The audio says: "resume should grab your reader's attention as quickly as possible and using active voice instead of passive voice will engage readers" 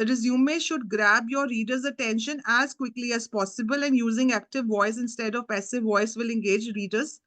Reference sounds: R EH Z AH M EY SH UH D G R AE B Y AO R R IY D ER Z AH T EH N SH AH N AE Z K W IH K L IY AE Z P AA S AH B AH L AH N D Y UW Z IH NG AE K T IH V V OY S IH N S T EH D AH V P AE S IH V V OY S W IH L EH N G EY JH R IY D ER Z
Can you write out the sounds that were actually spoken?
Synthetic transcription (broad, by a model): R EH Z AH M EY SH UH D G R AE B Y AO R R IY D ER Z AH T EH N SH AH N AE Z K W IH K L IY AE Z P AA S AH B AH L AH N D Y UW Z IH NG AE K T IH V V OY S IH N S T EH D AH V P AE S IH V V OY S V IH L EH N G EY JH R IY D ER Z